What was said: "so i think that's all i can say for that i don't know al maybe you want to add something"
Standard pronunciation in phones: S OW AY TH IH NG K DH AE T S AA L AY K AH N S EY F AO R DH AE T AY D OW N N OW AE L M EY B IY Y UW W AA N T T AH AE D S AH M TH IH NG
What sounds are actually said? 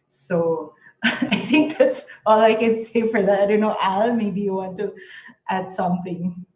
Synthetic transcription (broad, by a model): S OW AY T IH NG K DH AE T S AA L AY K AH N S EY F AO R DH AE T AY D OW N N OW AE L M EY B IY Y UW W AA N T T AE D S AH M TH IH NG